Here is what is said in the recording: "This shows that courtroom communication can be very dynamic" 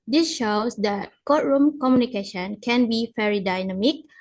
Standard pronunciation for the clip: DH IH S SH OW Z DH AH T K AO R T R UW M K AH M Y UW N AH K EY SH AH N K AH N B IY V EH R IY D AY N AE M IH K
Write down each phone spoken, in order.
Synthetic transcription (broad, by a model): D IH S SH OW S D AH T K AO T R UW M K AH M Y UW N AH K EY SH AH N K AH N B IY F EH R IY D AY N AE M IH K